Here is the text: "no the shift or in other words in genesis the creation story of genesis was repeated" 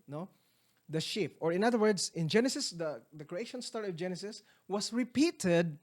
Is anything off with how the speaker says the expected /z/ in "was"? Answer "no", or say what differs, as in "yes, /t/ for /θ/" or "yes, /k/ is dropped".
yes, /s/ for /z/